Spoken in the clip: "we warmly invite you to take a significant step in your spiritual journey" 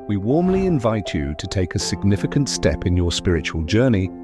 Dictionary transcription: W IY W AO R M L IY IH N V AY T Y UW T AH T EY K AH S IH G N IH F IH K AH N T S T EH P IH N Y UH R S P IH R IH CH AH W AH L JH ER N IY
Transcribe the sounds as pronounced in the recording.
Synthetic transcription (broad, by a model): W IY W AO R M L IY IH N V AY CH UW T AH T EY K AH S IH G N IH F IH K AH N T S T EH P IH N Y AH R S P IH R IH CH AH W AH L JH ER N IY